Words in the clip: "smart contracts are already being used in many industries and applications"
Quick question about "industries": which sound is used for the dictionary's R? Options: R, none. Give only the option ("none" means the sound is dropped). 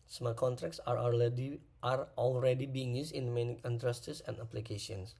none